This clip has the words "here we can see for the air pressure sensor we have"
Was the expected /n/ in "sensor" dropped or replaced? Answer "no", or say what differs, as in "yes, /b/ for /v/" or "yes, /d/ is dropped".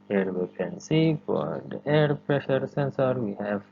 no